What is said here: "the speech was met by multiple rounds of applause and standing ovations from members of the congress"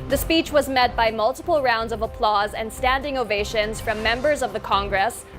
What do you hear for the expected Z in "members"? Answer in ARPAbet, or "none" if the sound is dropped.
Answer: Z